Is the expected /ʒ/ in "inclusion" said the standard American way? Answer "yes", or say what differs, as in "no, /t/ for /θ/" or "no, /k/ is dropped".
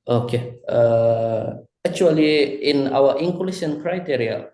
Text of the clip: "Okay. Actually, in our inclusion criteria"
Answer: no, /ʃ/ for /ʒ/